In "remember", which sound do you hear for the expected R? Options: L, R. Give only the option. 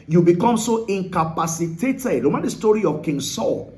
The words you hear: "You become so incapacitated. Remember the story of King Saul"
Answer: L